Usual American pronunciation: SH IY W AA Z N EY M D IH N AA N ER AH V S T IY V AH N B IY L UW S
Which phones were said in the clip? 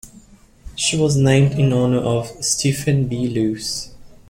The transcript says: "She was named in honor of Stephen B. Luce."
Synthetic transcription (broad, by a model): SH IY W AA Z N EY M D IH N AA N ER AH V S T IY F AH N B IY L UW S